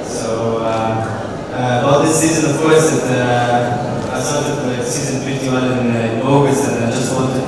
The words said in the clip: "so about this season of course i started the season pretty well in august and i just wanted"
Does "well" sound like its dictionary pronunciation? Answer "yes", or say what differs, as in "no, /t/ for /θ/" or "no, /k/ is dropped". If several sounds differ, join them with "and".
no, /n/ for /l/